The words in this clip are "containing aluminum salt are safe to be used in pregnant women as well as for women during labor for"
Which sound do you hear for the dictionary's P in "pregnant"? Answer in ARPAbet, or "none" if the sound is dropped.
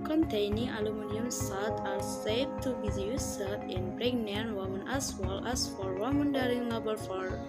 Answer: B